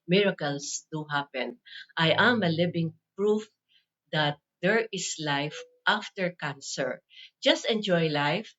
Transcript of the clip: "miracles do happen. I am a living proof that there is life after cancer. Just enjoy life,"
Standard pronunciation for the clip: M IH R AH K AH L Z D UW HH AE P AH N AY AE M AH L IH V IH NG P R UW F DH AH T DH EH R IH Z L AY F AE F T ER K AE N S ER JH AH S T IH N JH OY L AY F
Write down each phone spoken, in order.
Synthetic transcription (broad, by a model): M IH R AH K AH L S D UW HH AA P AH N AY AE M AH L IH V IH NG P R UW F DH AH T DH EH R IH S L AY F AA F T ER K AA N S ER JH AH S T IH N JH OY L AY F